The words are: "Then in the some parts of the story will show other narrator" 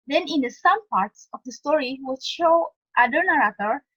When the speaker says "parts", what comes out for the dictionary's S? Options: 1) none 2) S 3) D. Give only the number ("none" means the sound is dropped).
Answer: 2